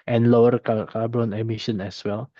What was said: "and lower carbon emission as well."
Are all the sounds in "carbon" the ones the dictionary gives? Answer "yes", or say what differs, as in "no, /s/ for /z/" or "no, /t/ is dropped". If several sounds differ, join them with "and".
no, /l/ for /ɹ/